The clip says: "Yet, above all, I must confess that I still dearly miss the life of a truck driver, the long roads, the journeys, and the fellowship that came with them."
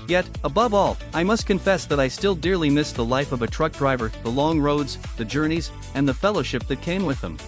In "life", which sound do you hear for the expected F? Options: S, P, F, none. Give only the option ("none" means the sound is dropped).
F